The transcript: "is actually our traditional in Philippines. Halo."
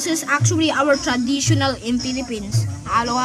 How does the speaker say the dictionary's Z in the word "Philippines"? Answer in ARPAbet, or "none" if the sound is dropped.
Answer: S